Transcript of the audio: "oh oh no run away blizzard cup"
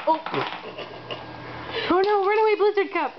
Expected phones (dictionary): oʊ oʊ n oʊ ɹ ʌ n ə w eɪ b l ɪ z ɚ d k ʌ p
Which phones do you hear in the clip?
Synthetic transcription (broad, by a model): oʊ oʊ n oʊ w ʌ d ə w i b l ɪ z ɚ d k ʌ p